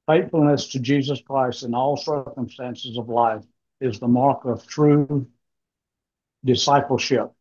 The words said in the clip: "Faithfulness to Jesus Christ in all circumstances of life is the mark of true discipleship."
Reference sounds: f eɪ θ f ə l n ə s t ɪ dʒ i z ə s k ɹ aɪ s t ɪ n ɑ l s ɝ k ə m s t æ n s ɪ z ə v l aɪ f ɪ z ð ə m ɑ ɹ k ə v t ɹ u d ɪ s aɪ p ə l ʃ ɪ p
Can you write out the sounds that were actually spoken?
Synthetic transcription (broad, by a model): f eɪ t f l n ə s t ɪ dʒ i z ə s k ɹ aɪ s t ɪ n ɑ l s ɝ k ə m s t æ n s ɪ z ə v l aɪ f ɪ z ð ə m ɑ ɹ k ə v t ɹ u d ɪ s aɪ p l ʃ ɪ p